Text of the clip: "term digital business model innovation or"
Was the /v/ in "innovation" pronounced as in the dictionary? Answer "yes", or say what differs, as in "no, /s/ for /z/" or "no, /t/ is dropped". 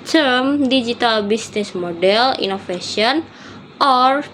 no, /f/ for /v/